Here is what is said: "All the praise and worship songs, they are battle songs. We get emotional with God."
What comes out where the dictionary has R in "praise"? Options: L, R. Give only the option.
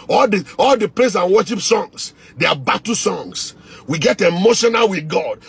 L